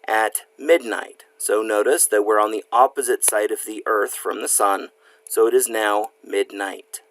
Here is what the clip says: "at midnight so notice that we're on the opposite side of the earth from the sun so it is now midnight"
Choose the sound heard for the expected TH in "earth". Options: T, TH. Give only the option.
TH